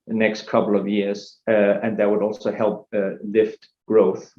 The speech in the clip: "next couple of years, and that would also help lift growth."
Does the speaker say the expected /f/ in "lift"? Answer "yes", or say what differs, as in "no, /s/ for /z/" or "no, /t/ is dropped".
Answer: yes